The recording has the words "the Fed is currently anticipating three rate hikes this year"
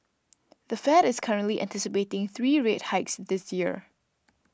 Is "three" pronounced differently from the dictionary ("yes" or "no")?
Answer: no